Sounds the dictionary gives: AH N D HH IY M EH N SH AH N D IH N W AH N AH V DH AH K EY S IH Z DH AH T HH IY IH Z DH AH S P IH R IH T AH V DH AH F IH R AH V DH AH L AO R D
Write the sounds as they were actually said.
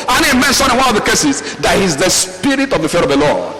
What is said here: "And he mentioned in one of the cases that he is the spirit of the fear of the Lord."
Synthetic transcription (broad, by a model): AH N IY M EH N S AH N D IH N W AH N AH V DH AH K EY S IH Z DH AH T HH IY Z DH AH S P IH R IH T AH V DH AH F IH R AH V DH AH L AO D